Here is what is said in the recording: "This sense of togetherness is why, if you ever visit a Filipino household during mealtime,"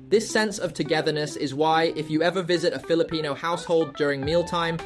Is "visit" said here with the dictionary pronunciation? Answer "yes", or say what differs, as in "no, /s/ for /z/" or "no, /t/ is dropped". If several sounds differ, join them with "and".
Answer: yes